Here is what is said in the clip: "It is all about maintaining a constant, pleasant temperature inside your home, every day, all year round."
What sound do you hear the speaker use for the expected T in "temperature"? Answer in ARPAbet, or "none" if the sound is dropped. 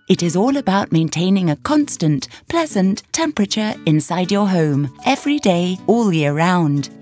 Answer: T